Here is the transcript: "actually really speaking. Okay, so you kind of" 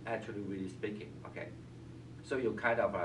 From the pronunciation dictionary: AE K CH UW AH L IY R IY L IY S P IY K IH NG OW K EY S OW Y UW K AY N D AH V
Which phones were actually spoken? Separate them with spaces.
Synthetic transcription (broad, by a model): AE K CH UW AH L IY R IY L IY S P IY K IH NG OW K EY S OW Y UW K AY N D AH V